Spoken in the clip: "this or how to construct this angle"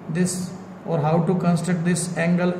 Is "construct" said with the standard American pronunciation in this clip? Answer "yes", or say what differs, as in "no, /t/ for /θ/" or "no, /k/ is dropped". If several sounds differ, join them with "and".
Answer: no, /ɹ/ is dropped